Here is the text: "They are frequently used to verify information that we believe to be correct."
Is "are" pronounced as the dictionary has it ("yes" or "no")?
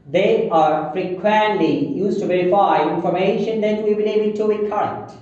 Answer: yes